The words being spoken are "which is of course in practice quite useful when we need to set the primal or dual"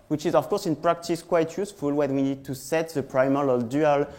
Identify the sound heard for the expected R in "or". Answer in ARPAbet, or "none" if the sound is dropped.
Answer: L